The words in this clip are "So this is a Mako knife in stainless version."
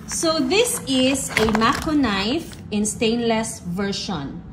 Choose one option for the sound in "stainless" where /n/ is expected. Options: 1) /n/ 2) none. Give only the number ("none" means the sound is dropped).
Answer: 1